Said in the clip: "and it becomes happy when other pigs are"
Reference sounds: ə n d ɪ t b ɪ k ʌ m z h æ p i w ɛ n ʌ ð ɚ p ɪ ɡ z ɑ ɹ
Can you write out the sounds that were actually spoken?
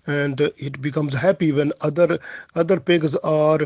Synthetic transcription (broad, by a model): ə n d ɪ t b ɪ k ʌ m z h æ p i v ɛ n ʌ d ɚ p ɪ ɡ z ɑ ɹ